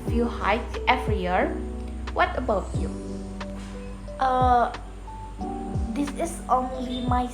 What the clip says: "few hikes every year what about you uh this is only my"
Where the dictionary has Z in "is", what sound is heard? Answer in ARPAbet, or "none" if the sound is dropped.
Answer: S